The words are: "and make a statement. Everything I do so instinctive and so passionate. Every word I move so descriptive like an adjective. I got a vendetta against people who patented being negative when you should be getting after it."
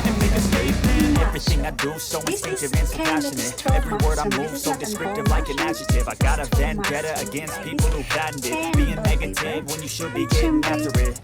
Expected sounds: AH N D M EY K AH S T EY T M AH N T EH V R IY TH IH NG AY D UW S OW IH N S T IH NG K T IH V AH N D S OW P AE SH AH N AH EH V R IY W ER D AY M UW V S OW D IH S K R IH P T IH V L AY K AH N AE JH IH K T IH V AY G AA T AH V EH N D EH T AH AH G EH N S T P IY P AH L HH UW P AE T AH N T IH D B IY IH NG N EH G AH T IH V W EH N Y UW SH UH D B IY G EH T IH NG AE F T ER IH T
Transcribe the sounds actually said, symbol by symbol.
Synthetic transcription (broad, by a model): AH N M EY K AH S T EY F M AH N EH V R IY TH IH NG AY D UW S OW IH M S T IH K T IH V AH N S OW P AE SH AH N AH EH V R IY W ER D AY M UW V S OW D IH S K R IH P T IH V L AY K AH N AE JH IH T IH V AY G AA T AH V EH N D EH T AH AH G EH N S T P IY P L HH UW B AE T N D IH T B IY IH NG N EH G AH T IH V W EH N Y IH SH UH D B IY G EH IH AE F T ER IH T